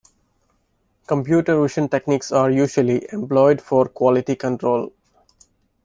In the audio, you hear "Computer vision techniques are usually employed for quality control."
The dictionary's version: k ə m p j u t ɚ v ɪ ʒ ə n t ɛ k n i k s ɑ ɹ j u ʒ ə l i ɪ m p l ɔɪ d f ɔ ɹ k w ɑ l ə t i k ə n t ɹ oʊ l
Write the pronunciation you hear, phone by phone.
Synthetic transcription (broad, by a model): k ə m p j u t ɚ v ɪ ʃ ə n t ɛ k n i k s ɑ ɹ j u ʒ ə l i ɪ m p l ɔɪ d f ɔ ɹ k w ɑ l ə t i k ə n t ɹ oʊ l